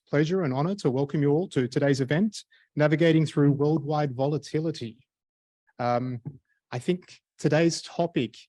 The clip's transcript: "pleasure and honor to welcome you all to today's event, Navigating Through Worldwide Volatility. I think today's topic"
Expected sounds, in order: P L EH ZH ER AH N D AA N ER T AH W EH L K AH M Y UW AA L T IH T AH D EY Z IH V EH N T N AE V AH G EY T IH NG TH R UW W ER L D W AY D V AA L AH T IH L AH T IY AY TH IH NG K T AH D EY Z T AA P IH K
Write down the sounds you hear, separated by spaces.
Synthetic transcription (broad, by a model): P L EH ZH ER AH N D AA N ER T AH W EH L K AH M Y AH AA L T IH T AH D EY Z IH V EH N T N AE V AH G EY T IH NG TH R UW W ER L D W AY D V AA L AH T IH L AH T IY AY TH IH NG K T AH D EY Z T AA P IH K